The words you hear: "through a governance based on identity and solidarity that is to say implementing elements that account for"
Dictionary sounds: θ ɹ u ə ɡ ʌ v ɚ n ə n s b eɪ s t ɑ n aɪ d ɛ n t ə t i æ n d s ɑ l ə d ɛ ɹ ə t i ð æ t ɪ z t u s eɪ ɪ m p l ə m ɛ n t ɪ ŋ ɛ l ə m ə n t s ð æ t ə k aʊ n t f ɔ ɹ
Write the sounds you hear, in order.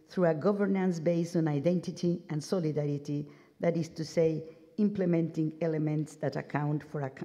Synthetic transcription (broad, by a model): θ ɹ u ə ɡ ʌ v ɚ n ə n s b eɪ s ɑ n aɪ d ɛ n t ə t i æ n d s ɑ l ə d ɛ ɹ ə t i ð æ t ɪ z t u s eɪ ɪ m p l ə m ɛ n t ɪ ŋ ɛ l ə m ə n t s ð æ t ə k aʊ n t f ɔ ɹ